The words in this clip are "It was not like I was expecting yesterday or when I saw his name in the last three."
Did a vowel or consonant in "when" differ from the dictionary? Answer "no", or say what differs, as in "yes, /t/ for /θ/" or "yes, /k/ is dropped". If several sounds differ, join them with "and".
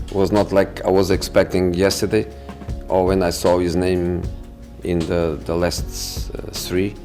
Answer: no